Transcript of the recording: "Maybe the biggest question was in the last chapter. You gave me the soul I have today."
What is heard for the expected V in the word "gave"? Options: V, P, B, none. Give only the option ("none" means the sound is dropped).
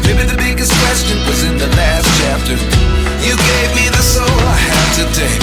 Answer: V